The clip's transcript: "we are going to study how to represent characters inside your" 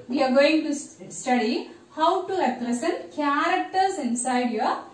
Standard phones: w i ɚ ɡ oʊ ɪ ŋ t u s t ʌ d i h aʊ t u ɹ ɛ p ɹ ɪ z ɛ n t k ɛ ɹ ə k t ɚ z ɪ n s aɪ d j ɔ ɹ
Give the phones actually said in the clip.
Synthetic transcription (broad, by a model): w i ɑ ɡ oʊ ɪ ŋ t u s t ʌ d i h aʊ t u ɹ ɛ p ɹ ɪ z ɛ n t k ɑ ɹ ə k t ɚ s ɪ n s aɪ d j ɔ